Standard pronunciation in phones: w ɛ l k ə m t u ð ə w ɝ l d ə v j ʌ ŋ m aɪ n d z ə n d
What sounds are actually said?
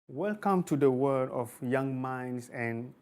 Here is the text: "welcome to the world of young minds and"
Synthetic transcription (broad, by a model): w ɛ l k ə m t u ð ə w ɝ d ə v j ʌ ŋ m aɪ n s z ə n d